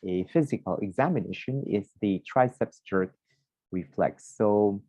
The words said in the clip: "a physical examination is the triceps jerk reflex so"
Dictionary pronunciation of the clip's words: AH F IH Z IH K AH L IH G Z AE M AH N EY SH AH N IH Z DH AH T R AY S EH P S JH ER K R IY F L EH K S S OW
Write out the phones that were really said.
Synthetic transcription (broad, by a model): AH F IH Z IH K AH L IH G Z AE M AH N EY SH AH N IH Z DH AH T R AY S EH P S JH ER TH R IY F L EH K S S OW